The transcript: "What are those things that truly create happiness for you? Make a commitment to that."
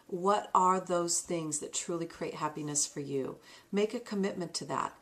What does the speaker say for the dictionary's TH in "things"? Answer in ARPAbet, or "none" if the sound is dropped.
TH